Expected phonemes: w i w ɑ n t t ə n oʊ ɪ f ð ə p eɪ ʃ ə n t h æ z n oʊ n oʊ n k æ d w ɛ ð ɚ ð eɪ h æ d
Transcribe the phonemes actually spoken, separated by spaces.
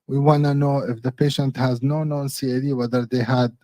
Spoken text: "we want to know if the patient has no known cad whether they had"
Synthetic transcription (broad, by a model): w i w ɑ n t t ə n oʊ ɪ f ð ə p eɪ ʃ ə n t h æ z n oʊ n oʊ n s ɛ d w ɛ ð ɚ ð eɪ h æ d